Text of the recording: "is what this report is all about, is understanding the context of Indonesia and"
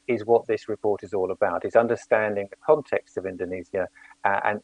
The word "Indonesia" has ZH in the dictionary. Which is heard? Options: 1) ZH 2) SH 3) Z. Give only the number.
3